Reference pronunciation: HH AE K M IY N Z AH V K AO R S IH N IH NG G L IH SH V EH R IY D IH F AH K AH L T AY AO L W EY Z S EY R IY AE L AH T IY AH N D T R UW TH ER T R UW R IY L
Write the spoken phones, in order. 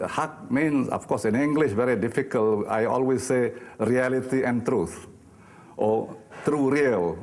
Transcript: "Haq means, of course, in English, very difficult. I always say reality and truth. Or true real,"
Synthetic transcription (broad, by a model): HH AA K M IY N S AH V K AO S IH N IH NG G L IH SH V EH R IY D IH F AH K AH L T AY AO L W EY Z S EY R IY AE L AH T IY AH N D T R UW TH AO T R UW R IY L